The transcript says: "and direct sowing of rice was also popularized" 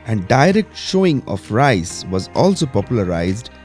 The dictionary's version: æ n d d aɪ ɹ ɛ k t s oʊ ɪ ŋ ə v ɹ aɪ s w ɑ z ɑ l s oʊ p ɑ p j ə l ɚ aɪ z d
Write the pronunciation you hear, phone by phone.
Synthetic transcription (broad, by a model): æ n d d aɪ ɹ ɛ k t ʃ oʊ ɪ ŋ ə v ɹ aɪ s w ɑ z ɑ l s oʊ p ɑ p j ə l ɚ aɪ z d